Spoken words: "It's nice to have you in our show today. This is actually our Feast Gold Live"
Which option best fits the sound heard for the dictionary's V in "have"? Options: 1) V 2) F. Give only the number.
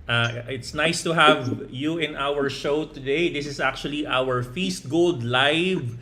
1